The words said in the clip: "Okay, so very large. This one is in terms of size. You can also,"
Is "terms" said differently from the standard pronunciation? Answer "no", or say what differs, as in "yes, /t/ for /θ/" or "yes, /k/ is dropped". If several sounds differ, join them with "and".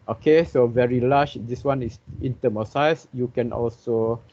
yes, /z/ is dropped